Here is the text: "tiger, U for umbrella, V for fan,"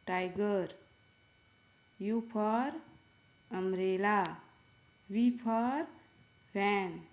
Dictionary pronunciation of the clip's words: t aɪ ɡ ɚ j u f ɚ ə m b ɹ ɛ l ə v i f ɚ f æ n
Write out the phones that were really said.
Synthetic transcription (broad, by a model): t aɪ ɡ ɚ j u p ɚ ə m ɹ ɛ l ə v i p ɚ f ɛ n